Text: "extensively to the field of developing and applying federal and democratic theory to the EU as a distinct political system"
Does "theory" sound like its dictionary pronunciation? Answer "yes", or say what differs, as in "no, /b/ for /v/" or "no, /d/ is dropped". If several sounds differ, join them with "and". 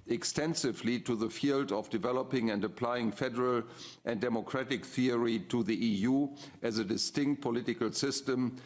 yes